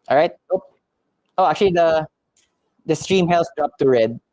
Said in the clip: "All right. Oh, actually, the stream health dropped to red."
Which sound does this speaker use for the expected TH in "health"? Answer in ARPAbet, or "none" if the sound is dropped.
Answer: S